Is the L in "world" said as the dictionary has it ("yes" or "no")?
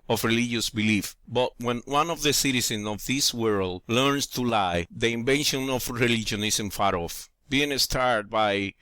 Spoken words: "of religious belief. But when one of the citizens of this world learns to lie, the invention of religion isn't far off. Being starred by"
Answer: yes